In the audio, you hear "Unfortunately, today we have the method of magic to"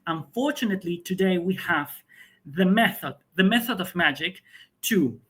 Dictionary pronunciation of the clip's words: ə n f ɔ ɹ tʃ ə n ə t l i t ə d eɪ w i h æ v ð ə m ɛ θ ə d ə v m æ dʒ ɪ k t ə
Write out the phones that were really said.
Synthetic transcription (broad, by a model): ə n f ɔ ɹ tʃ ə n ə t l i t ə d eɪ w i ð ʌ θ ð ə m ɛ θ ə d ə v m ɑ dʒ ɪ k t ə